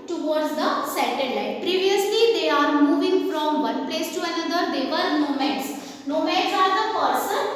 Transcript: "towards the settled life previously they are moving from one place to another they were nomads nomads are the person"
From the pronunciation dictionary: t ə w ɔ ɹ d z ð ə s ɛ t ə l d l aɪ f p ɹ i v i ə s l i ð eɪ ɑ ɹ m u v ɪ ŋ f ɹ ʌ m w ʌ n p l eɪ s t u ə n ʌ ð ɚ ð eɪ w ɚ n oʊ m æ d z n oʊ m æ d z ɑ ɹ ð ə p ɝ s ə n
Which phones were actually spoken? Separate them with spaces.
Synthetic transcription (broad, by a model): t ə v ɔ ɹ d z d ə s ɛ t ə d l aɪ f p ɹ i v i ə s l i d eɪ ɑ ɹ m u v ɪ ŋ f ɹ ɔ m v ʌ n p l eɪ s t u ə n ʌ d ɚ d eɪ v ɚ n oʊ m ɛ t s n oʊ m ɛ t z ɑ ɹ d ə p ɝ s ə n